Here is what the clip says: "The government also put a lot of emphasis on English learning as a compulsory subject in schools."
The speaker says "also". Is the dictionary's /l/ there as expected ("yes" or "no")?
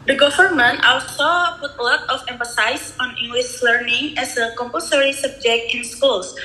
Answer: yes